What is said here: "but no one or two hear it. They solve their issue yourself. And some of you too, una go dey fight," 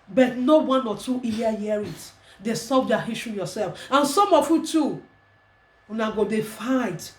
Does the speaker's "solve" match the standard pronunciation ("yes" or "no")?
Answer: no